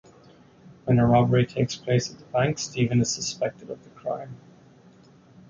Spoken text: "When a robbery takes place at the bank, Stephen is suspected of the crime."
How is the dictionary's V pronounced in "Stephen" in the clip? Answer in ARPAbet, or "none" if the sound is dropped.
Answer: V